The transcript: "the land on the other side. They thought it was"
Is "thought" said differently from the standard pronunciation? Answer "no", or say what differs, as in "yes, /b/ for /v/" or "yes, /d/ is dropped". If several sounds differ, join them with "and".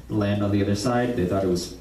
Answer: no